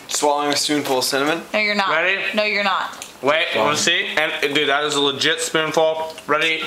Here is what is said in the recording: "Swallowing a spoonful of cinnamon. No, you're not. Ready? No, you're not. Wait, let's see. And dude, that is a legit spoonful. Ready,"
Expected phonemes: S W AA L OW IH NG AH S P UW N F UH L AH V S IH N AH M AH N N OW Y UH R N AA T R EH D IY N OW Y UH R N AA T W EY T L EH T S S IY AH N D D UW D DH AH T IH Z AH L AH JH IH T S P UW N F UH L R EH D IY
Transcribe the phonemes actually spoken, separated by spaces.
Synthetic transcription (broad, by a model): S W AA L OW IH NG AH S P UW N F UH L S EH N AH M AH N N OW Y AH R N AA R EH D IY N OW Y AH R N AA T W EY T W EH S S IY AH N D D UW DH AH T IH Z AH L AH JH IH T S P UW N F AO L R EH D IY